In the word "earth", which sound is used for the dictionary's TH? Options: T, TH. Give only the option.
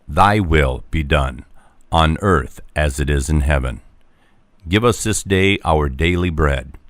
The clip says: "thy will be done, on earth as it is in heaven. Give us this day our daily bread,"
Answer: TH